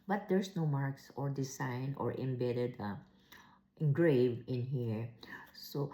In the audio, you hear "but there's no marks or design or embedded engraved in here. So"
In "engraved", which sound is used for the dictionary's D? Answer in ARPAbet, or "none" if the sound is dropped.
none